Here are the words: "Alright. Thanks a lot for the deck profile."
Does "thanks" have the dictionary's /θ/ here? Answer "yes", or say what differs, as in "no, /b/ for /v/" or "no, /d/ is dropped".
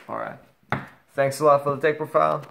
yes